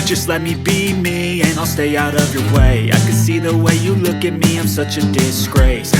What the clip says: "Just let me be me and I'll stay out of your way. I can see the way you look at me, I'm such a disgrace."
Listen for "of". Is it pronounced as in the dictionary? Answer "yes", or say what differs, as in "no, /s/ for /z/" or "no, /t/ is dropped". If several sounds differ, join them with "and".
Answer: yes